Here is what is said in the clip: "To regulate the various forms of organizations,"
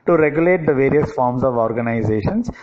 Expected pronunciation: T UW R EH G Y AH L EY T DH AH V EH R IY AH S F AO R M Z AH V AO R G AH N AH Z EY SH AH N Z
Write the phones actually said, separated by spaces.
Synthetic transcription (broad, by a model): T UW R EH G Y AH L EY T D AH V EH R IY AH S F AO R M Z AH V AO R G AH N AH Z EY SH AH N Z